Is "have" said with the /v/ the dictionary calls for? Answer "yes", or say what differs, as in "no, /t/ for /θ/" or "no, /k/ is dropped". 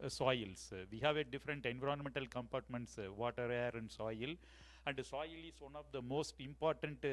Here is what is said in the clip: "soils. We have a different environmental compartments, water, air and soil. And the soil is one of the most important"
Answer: yes